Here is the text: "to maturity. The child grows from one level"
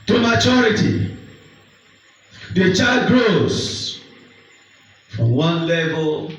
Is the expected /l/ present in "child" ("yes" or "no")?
no